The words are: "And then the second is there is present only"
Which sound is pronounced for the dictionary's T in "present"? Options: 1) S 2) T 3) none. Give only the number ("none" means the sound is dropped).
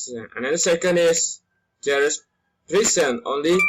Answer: 3